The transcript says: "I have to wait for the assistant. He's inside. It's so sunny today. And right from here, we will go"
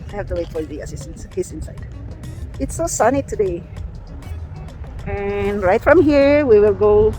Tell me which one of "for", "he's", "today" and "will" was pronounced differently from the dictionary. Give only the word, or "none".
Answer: he's